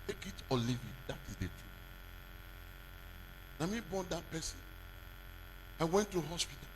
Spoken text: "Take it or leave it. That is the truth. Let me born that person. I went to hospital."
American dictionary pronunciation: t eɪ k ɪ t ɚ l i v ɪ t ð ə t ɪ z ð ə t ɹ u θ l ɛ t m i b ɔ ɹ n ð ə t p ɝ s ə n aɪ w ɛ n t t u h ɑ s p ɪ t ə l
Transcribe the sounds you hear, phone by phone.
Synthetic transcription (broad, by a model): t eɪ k ɪ t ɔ l i v ɪ t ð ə t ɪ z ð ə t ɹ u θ n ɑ m i b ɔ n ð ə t p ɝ s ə n aɪ w ɛ n t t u h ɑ s p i t